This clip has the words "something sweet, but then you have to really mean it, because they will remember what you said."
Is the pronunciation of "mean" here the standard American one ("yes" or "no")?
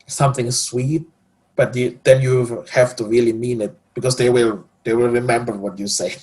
yes